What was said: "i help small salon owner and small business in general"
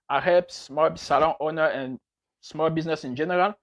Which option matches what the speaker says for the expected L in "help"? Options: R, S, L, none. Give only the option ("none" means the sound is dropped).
none